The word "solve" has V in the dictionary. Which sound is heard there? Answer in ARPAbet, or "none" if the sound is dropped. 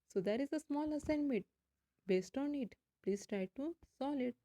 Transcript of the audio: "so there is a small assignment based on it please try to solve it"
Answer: none